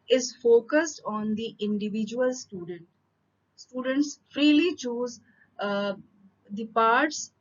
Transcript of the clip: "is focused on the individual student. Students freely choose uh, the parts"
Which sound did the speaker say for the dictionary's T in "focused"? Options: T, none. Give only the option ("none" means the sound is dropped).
T